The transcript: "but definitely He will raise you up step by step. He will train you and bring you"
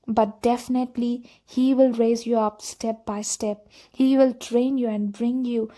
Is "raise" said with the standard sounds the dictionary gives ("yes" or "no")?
yes